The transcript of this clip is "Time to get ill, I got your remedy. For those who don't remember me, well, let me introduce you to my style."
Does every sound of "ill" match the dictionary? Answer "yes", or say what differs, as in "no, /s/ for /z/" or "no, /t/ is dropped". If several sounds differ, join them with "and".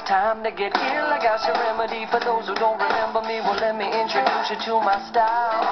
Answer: yes